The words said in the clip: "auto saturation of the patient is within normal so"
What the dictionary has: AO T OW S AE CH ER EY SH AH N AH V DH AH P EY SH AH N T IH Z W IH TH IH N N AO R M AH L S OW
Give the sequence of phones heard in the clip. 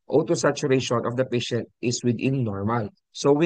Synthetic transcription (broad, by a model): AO T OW S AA CH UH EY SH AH N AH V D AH P EY SH AH N T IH S W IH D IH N N AO R M AH L S OW